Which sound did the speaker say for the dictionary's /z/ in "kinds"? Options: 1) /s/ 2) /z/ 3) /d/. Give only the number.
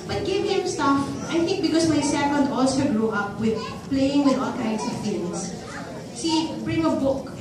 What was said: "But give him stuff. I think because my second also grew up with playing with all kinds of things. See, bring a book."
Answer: 1